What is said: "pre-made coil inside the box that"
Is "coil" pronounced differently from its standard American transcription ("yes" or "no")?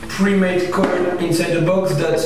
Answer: yes